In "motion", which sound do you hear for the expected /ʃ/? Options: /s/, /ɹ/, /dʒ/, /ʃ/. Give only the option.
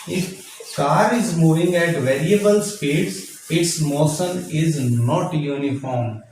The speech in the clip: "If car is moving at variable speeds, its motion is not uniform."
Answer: /s/